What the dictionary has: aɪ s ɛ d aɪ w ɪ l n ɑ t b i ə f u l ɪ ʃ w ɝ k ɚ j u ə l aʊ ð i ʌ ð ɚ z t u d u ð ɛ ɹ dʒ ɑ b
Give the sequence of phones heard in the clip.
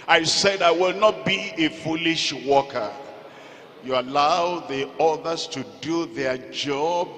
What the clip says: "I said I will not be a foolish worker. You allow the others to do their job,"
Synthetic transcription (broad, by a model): aɪ s ɛ d aɪ w ɪ l n ɑ t b i ə f u l ɪ ʃ w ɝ k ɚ j u ə l aʊ ð i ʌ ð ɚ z t u d u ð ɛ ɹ dʒ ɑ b